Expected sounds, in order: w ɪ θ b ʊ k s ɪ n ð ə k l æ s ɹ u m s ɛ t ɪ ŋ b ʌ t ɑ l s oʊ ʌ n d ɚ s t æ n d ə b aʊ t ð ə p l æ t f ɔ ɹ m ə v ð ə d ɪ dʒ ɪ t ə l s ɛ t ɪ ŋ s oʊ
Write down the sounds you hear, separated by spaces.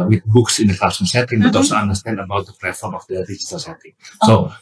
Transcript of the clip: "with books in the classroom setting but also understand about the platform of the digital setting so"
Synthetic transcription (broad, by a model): w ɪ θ b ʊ k s ɪ n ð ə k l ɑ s i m s ɛ t ɪ ŋ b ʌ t ɑ l s oʊ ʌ n d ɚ s t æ n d ə b aʊ t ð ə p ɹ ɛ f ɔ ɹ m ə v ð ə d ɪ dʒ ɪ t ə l s ɛ t ɪ ŋ s oʊ